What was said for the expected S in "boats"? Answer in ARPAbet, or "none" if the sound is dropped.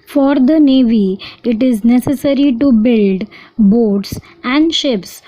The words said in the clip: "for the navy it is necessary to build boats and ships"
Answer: S